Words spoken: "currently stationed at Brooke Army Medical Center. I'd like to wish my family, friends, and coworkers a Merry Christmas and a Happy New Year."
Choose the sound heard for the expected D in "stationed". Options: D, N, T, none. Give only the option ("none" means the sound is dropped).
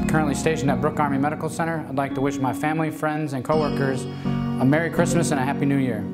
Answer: none